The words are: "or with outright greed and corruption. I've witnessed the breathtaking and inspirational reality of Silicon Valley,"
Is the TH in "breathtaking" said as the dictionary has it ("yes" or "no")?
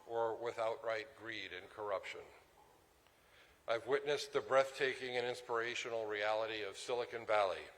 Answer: yes